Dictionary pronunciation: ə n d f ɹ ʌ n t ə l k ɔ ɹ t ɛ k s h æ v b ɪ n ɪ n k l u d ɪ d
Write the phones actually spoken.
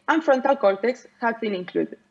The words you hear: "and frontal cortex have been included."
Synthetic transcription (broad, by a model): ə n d f ɹ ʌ n t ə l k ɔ l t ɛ k s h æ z b ɪ n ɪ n k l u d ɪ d